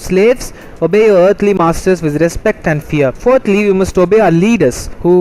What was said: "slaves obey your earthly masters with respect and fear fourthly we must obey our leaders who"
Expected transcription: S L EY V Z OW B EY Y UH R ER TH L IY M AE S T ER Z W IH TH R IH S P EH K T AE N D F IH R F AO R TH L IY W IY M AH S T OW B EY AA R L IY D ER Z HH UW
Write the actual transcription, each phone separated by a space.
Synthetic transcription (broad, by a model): S L EY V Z OW B EY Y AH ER T L IY M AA S T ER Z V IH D R IH S P EH K T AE N D F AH R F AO R T L IY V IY M AH S T OW B EY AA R L IY D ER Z HH UW